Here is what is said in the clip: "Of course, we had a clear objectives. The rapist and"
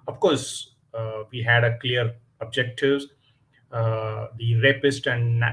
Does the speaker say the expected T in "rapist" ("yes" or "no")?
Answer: yes